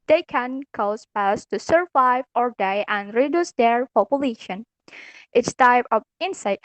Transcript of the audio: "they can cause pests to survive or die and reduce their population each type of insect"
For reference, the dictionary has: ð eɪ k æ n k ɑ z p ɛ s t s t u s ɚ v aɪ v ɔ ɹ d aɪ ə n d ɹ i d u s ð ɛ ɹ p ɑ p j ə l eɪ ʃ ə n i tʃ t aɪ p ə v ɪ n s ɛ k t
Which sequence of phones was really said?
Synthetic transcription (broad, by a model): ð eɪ k æ n k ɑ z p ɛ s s t u s ɚ v aɪ v ɔ ɹ d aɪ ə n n ɹ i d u s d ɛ ɹ p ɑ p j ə l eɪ ʃ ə n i s t aɪ p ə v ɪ n s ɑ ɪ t